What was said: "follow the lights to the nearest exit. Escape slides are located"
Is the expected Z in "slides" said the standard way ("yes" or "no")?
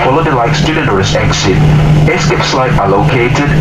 no